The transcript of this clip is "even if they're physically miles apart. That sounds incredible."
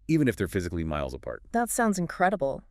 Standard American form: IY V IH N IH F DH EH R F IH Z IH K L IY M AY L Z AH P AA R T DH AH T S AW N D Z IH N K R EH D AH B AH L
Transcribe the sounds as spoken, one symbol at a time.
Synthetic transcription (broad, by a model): IY V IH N IH F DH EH R F IH Z IH K L IY M AY L Z AH P AA R T DH AH T S AW N D Z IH N K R EH D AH B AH L